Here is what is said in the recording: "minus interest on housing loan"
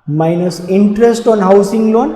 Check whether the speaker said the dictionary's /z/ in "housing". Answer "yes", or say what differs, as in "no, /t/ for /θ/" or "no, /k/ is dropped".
no, /s/ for /z/